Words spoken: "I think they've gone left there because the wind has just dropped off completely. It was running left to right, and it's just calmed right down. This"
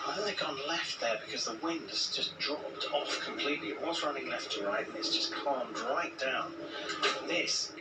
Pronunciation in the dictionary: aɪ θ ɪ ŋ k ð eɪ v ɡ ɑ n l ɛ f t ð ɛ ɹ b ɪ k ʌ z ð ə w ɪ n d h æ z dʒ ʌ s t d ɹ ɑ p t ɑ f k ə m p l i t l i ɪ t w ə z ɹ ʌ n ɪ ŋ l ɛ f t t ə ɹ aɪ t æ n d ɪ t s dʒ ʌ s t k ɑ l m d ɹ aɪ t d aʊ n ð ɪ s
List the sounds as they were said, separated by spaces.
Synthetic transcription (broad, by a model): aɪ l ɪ k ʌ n l ɛ f t ð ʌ ɹ b ɪ k ʌ z ð ə w ɪ n d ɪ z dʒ ʌ s d ɹ ɑ p t ɑ f k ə m p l i t l i ɪ t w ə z ɹ ʌ n ɪ ŋ l ɛ f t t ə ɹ aɪ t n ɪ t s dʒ ʌ s k ɑ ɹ m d ɹ aɪ t d aʊ n ð ɪ s